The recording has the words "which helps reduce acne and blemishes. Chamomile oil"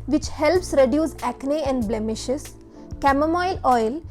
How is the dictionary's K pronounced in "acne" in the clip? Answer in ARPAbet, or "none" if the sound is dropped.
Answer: K